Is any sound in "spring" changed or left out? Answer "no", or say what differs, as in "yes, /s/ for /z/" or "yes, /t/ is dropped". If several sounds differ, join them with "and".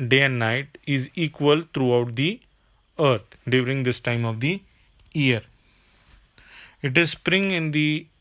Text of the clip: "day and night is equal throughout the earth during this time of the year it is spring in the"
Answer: no